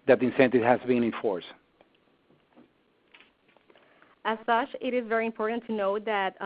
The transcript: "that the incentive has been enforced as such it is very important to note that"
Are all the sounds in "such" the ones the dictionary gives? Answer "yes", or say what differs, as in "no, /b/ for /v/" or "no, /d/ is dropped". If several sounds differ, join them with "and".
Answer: yes